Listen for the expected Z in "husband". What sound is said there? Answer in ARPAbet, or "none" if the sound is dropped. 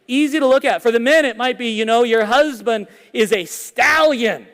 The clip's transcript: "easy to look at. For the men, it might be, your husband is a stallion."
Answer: Z